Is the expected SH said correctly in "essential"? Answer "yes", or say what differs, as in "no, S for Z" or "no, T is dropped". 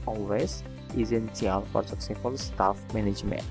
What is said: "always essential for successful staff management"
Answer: no, S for SH